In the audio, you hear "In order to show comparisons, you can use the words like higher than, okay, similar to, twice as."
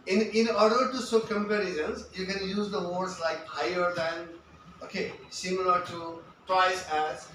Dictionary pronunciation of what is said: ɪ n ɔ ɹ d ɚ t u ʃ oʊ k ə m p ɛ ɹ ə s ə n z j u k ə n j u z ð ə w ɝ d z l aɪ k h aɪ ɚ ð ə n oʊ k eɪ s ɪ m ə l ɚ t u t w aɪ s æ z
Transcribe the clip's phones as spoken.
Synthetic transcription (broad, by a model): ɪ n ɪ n d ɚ t u s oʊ k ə m p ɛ ɹ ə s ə n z j u k ə n j u z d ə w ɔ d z l aɪ k h aɪ ɚ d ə n oʊ k eɪ s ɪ m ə l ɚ t u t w aɪ s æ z